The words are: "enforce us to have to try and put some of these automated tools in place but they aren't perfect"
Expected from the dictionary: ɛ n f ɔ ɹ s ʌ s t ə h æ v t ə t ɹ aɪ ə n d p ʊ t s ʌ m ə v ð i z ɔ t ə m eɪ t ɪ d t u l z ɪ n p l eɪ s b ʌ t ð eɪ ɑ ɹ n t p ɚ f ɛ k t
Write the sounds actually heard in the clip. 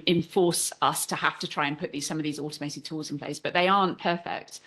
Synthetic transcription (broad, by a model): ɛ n f ɔ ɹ s ʌ s t ə h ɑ f t ə t ɹ aɪ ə n p ʊ t s ʌ m ə v ð i z ɔ t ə m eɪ t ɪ d t u l z ɪ n p l eɪ s b ʌ t ð eɪ ɑ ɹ n p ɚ f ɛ k t